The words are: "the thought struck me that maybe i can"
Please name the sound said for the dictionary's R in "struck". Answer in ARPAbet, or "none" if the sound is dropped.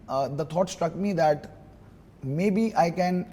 R